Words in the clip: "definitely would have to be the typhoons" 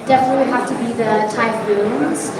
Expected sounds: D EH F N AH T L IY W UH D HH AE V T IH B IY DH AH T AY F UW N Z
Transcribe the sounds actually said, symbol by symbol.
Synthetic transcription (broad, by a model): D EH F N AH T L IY HH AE F T IH B IY DH AH T AY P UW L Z